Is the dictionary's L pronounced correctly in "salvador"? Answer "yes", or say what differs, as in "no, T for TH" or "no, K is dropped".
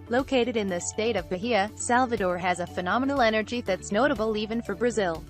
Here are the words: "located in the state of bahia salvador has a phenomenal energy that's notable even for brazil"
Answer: yes